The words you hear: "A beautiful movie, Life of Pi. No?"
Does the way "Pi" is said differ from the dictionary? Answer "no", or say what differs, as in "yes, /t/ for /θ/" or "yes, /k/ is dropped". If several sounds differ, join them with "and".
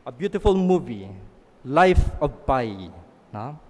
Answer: yes, /b/ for /p/